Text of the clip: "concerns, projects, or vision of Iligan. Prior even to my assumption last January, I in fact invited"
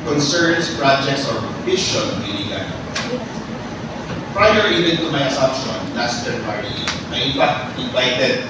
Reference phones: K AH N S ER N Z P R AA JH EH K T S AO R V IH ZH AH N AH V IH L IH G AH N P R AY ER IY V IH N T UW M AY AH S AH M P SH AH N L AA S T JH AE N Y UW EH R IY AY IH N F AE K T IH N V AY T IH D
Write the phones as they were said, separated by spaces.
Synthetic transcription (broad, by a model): K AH N S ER N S P R AA JH EH K T S AO R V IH SH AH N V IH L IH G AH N P R AY ER IY V IH N T UW M AY AH S AH M P SH AH N L AA S T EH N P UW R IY AY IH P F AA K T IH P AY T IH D